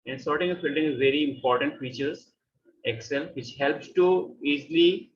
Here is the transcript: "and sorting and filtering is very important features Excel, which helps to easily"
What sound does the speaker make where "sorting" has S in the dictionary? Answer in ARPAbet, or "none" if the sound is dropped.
S